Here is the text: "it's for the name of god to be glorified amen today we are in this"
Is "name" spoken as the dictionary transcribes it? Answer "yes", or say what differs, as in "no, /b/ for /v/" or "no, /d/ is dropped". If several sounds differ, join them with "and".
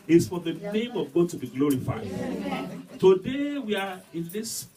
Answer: yes